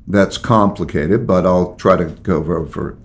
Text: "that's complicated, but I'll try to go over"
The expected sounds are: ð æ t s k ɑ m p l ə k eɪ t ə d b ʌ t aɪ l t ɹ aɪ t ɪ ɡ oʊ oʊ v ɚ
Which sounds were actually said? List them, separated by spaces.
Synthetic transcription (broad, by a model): ð æ t s k ɑ m p l ə k eɪ t ə d b ʌ t aɪ l t ɹ aɪ t ɪ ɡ oʊ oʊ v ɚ